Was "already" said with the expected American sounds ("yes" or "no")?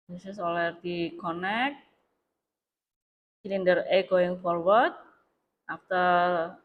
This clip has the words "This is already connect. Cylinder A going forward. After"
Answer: no